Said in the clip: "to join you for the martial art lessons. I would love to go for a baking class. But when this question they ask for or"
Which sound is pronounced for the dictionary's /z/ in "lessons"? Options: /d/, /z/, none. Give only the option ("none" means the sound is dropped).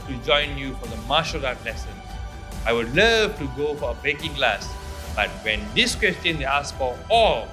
none